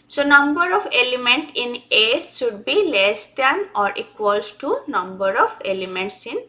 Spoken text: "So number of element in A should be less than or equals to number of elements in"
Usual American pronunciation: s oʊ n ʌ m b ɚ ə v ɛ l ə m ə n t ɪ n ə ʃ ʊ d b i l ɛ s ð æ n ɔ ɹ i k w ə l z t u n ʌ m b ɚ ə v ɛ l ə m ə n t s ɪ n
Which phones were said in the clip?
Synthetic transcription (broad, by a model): s oʊ n ʌ m b ɚ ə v ɛ l ə m ə n t ɪ n ə s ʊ d b i l ɛ s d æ n ɔ ɹ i k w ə l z t u n ʌ m b ɚ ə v ɛ l ə m ə n t s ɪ n